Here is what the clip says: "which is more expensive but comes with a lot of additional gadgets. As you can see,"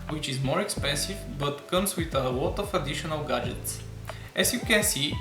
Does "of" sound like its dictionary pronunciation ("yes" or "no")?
no